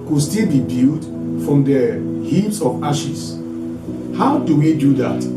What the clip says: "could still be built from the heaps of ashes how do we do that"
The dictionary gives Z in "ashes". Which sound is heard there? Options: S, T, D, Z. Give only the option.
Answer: S